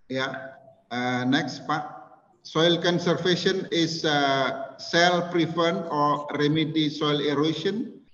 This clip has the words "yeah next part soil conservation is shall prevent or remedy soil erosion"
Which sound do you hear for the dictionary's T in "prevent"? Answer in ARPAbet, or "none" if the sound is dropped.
none